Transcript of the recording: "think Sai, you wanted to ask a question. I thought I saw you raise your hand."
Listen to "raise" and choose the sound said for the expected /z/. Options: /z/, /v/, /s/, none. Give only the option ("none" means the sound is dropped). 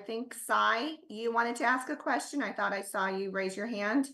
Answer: /z/